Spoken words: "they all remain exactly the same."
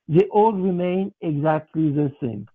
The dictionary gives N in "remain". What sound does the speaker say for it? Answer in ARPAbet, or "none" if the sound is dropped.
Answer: N